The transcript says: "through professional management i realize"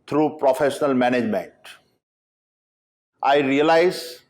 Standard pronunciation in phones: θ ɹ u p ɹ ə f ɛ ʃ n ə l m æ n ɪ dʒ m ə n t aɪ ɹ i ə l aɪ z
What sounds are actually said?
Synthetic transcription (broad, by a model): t ɹ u p ɹ ə f ɛ ʃ n ə l m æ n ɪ dʒ m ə n t aɪ ɹ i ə l aɪ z